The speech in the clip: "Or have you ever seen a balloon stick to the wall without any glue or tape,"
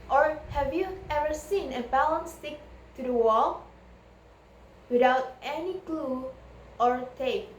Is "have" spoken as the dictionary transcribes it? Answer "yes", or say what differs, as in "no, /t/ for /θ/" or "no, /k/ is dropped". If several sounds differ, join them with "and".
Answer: yes